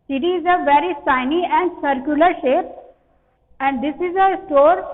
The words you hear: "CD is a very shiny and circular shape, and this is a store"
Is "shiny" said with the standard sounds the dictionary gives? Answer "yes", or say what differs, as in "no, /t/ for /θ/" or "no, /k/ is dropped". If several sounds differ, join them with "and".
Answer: no, /s/ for /ʃ/